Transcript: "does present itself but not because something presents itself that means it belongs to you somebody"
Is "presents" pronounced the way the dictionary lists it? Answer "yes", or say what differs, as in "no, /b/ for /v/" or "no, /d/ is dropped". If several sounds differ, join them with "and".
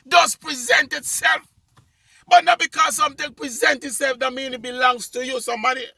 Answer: no, /s/ is dropped